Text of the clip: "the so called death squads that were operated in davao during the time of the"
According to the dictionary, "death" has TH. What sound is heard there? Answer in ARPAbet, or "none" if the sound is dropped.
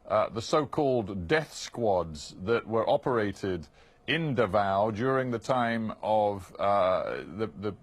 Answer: TH